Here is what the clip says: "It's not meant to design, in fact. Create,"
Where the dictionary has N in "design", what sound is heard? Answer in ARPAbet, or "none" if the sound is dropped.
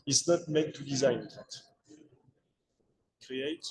none